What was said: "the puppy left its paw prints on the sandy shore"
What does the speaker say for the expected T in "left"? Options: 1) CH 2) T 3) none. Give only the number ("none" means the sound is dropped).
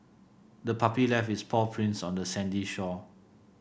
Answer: 3